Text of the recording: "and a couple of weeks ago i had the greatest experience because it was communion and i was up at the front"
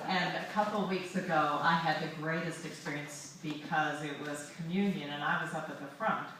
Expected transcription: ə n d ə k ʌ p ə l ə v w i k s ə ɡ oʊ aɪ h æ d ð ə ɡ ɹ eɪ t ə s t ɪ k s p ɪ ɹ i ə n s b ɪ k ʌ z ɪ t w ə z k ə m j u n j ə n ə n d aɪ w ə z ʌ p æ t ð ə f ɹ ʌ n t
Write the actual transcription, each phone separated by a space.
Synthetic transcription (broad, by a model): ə n ə k ʌ p l w i k s ə ɡ oʊ aɪ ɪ d ð ə ɡ ɹ eɪ t ə s t ɪ k s p ɪ ɹ i ə n s b ɪ k ʌ z ɪ t w ə z k ə m j u n j ə n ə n aɪ w ə z ʌ p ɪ t ð ə f ɹ ʌ n t